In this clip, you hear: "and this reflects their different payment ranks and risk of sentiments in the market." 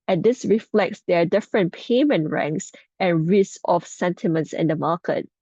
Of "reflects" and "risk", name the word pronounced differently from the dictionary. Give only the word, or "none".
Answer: risk